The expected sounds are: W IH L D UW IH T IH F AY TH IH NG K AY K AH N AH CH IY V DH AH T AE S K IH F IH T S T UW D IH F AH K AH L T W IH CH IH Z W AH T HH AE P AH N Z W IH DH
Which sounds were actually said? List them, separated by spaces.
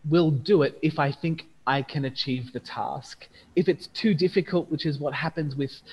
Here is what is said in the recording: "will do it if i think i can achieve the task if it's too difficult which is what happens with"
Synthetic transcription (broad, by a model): W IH L D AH IH T IH F AY TH IH NG K AY K AH N AH CH IY V DH AH T AE S K IH F IH T S T UW D IH F AH K AH L T W IH CH IH Z W AH T HH AE P AH N Z W IH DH